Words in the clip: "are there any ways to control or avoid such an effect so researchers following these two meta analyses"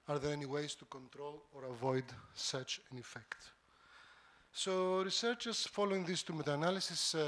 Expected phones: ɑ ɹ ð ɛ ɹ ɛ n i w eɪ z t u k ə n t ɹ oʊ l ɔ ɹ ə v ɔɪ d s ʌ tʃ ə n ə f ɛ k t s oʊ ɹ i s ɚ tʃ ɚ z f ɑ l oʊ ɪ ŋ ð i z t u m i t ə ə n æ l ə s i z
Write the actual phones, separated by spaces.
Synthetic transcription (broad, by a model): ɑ ɹ ð ɛ ɹ ɛ n i w eɪ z t u k ə n t ɹ oʊ l ɔ ɹ ə v ɔɪ d s ʌ tʃ ə n ə f ɛ k t s oʊ ɹ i s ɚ tʃ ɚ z f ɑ l oʊ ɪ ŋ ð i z t u m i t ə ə n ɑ l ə s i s